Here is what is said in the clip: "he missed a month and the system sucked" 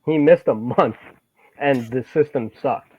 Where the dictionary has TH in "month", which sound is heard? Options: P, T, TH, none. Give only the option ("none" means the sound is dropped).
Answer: TH